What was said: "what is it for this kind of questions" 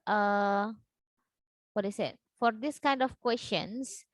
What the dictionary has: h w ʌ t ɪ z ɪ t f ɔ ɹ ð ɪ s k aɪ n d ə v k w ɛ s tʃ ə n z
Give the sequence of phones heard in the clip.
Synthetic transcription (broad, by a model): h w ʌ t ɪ s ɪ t f ɔ ɹ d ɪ s k aɪ n d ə f k w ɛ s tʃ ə n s